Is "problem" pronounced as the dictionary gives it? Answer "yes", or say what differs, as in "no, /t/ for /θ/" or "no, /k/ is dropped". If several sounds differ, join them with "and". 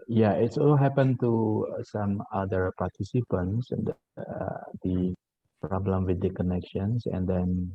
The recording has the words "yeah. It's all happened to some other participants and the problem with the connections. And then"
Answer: yes